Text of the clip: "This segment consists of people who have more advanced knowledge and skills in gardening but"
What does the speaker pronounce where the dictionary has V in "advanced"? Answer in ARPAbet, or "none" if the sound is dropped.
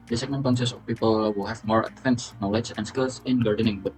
F